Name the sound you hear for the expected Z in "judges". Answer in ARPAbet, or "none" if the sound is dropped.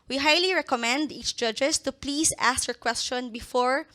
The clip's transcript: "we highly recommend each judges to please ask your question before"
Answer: S